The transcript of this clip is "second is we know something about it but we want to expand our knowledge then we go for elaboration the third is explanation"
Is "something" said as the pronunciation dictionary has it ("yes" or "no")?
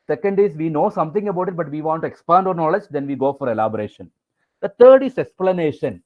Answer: no